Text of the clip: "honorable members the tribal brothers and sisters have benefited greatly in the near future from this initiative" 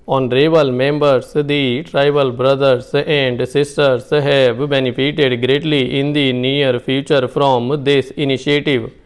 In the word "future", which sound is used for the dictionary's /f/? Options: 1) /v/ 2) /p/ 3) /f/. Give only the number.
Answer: 2